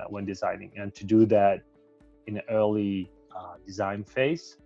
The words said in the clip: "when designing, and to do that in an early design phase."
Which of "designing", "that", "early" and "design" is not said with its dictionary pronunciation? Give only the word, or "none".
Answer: none